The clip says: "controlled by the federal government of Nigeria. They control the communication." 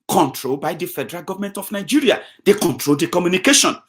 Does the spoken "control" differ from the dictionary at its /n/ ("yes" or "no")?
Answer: no